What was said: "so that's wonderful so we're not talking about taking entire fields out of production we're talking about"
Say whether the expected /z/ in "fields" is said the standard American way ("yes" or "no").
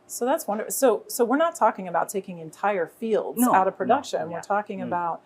yes